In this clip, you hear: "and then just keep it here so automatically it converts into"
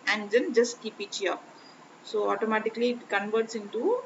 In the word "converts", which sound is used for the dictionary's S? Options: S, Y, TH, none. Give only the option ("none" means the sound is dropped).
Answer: S